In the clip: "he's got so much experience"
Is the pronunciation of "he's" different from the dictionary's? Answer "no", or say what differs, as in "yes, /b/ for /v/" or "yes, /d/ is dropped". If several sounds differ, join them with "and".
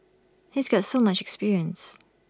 no